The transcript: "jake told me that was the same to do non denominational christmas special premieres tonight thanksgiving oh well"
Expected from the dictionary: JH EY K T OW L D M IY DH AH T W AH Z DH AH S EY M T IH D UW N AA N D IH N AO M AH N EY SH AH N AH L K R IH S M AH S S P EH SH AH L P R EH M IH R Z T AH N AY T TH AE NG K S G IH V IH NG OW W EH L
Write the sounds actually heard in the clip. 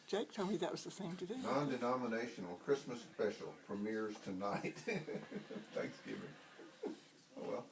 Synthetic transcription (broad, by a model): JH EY K T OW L M IY DH AH T W AH Z DH AH S EY M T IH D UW N AA N D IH N AO M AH N EY SH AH N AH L K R IH S M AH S S P EH SH L F R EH M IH R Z T AH N AY T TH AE NG K S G IH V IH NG OW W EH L